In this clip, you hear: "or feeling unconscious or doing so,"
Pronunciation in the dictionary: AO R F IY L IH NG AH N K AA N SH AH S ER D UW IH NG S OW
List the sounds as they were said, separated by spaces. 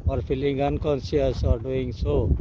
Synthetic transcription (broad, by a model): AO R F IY L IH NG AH N K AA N S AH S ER D UW IH NG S OW